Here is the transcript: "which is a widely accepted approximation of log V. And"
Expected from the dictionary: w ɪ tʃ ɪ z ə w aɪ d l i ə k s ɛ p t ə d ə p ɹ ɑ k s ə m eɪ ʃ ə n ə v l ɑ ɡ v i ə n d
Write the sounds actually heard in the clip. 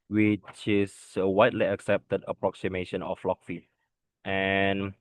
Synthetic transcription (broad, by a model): w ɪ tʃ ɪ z ə w aɪ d l i ə k s ɛ p t ə d ə p ɹ ɑ k s ə m eɪ ʃ ə n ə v l ɑ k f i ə n